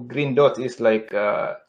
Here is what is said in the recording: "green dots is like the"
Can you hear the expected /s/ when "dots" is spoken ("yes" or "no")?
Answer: no